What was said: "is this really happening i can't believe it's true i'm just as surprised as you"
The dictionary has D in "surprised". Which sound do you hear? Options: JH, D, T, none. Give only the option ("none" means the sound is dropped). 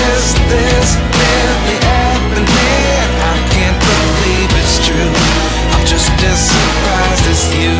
none